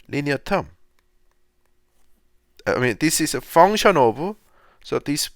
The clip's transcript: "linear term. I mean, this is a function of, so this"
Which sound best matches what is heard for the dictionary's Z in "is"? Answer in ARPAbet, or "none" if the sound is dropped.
S